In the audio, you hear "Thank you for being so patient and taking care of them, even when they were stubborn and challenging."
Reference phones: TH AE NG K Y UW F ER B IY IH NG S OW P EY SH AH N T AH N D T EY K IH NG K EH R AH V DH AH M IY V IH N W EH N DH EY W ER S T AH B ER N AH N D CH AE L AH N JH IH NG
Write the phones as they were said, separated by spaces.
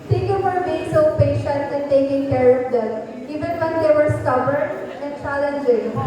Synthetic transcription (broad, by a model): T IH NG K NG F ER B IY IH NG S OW P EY SH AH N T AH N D T EY K IH NG K EH R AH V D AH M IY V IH N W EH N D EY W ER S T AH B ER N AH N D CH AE L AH N JH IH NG